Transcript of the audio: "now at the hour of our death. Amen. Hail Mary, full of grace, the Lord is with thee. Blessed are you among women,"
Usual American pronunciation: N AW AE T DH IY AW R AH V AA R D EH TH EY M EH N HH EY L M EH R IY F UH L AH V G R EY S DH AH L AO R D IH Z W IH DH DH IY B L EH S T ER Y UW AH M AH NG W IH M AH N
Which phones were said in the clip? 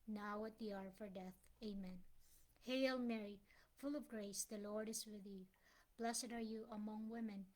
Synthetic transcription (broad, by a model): N AW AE T DH IY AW R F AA R D EH TH EY M EH N HH EY L M EH R IY F UH L AH V G R EY S DH AH L AO R D IH Z W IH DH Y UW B L EH S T ER Y UW AH M AH NG W IH M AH N